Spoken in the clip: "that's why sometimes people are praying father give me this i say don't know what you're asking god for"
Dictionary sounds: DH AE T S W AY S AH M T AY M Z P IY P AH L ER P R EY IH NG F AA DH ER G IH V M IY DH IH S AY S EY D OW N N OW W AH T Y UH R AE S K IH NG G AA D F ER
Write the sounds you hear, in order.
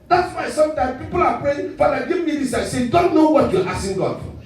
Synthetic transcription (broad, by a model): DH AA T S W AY S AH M T AY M P IY P AH L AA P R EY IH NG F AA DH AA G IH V M IY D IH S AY S EY D OW N N OW W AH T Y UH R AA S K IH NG G AA D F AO